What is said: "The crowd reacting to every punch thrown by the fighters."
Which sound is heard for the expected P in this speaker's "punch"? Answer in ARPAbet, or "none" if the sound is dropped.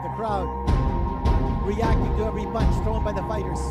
B